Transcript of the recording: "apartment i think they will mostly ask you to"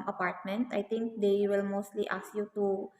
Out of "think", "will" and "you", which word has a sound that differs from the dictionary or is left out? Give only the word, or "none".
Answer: think